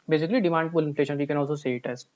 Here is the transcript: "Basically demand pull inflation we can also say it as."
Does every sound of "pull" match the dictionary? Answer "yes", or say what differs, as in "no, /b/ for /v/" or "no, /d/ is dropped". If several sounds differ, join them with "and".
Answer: no, /b/ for /p/